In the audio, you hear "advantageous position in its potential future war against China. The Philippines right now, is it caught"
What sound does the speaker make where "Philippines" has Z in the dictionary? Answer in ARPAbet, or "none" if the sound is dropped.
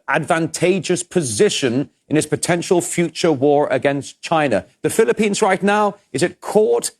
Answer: Z